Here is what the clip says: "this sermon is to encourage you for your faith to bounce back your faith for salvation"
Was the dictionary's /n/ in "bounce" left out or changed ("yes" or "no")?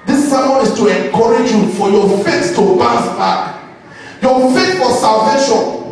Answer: yes